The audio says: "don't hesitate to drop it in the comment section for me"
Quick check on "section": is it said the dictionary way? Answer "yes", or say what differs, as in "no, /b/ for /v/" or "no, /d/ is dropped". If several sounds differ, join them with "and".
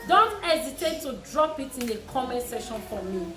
no, /k/ is dropped